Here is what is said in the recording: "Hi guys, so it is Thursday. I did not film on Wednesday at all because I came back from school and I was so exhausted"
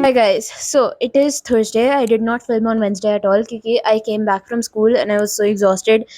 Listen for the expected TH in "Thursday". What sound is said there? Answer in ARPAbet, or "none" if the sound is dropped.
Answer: T